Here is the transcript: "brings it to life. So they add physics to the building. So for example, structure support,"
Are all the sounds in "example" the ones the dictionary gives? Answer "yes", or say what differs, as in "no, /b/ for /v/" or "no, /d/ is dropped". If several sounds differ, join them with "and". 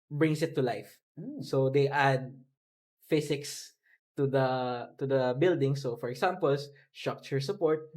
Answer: no, /s/ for /z/